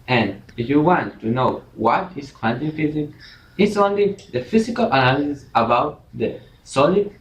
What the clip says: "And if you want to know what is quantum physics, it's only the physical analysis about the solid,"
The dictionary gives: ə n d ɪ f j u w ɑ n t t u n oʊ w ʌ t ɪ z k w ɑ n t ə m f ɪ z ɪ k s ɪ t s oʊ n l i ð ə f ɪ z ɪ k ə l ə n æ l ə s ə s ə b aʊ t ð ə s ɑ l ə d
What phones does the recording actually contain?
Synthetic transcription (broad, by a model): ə n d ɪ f j u w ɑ n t t u n oʊ w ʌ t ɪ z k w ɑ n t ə f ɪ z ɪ k ɪ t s oʊ n l i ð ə f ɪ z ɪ k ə l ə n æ l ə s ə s ə b aʊ t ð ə s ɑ l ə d